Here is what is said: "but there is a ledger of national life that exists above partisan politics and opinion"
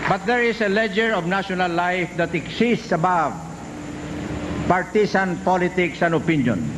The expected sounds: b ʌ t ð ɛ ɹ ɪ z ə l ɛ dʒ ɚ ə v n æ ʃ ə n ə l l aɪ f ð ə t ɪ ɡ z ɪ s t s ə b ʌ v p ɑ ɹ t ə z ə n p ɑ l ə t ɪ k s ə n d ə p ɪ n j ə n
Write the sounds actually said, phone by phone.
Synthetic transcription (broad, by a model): b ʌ t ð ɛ ɹ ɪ s ə l ɛ dʒ ɚ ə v n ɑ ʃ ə n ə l l aɪ f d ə t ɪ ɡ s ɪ s t s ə b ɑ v p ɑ ɹ t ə s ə n p ɑ l ə t ɪ k s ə n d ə p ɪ n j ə n